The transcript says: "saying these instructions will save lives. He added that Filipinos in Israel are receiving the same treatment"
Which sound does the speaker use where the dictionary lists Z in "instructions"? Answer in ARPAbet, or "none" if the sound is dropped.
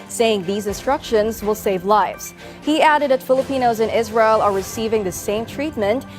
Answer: Z